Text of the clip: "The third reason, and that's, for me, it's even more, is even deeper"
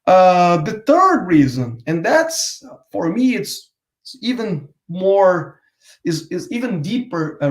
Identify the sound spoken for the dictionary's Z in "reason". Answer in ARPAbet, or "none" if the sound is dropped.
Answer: Z